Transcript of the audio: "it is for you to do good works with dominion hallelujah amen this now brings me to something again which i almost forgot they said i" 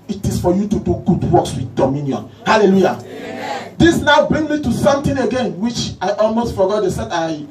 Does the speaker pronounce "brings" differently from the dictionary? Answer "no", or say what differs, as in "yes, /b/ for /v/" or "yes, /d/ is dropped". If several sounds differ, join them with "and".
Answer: yes, /z/ is dropped